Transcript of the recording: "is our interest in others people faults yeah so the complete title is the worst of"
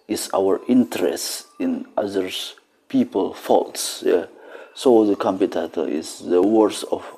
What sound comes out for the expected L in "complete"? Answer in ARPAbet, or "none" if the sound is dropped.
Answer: none